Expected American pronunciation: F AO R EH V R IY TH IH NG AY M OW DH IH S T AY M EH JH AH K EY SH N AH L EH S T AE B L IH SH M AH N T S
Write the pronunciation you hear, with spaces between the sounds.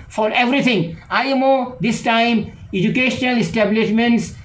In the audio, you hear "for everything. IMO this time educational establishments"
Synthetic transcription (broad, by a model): F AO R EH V R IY T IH NG AY M OW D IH S T AY M EH JH AH K EY SH N AH L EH S T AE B L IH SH M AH N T S